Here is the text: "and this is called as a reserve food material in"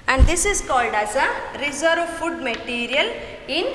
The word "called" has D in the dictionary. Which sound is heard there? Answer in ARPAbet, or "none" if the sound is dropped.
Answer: D